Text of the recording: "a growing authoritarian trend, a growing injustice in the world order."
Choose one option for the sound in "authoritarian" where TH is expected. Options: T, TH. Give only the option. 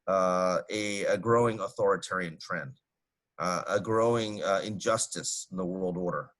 TH